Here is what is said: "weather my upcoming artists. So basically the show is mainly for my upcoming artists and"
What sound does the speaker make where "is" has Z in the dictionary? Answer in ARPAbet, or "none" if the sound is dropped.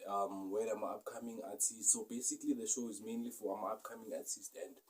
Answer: Z